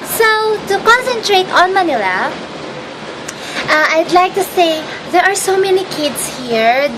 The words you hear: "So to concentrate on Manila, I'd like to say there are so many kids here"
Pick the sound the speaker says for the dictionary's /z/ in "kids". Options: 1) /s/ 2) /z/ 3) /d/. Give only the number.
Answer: 1